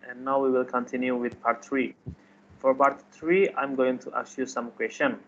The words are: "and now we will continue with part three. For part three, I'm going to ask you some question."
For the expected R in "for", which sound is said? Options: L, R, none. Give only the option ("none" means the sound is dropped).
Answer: R